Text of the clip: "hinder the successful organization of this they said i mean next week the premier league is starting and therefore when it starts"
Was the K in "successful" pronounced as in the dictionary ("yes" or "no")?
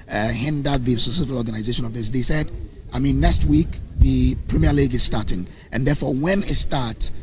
no